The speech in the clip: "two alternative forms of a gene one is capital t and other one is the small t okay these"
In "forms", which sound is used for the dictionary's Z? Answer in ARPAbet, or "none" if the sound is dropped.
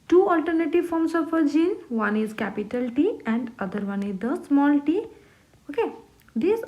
S